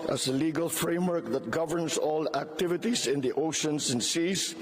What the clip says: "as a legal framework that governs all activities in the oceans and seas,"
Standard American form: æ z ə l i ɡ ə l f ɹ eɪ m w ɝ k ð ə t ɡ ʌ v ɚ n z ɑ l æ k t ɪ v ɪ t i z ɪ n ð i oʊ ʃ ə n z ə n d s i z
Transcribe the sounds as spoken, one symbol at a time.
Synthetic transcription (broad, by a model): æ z ə l i ɡ ə l f ɹ eɪ m w ɝ k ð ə t ɡ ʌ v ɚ n s ɑ l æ k t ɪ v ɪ t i s ɪ n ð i oʊ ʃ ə n s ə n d s i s